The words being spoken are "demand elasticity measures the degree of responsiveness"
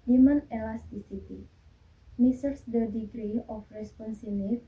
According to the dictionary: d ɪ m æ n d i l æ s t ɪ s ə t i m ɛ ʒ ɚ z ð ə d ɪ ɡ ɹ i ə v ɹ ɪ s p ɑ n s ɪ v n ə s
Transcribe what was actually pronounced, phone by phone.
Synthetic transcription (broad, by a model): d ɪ m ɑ n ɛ l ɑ s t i s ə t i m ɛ s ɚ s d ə d ɪ ɡ ɹ i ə f ɹ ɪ s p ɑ n s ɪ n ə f